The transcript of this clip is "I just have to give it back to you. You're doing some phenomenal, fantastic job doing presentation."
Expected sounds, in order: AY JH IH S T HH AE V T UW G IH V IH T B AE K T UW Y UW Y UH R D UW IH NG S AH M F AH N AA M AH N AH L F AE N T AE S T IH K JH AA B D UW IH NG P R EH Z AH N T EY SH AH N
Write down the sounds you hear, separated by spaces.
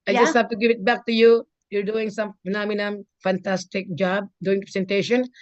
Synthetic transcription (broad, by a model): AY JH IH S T HH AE F T UW G IH V IH T B AE K T UW Y UW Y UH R D UW IH NG S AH M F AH N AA M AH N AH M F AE N T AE S T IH K JH AA B D UW IH NG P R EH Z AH N T EY SH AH N